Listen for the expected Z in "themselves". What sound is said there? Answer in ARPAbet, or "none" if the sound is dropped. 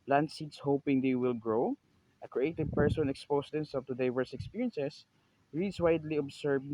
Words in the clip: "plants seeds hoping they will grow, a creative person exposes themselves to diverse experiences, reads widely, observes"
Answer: none